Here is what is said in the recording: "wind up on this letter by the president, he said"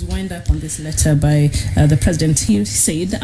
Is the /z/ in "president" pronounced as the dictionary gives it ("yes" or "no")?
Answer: yes